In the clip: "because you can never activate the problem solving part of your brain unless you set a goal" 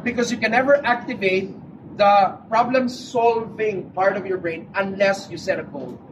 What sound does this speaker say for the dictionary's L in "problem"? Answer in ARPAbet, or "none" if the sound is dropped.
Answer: L